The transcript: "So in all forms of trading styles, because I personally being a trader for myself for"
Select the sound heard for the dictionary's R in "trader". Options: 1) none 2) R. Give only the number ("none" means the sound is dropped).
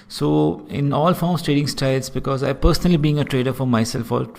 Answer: 2